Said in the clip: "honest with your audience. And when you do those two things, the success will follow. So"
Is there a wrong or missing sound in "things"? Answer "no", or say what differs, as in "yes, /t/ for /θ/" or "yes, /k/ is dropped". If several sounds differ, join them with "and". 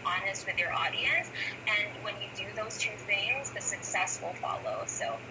no